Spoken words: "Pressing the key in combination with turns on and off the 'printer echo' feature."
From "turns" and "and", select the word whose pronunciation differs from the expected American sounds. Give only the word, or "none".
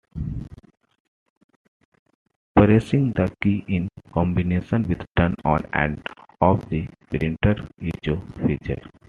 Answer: turns